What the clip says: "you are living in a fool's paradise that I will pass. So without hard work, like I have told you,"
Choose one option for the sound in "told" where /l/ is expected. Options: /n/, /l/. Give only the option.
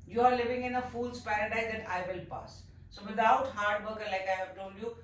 /n/